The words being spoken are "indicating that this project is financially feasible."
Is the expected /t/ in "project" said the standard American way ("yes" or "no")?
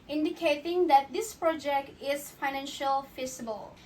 yes